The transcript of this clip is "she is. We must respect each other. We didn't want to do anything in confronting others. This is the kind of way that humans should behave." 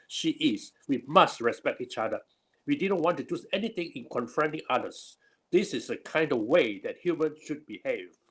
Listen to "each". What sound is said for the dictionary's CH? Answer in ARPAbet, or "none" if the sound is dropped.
CH